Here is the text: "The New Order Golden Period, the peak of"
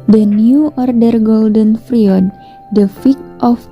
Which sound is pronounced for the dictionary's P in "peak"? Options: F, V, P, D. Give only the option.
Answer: F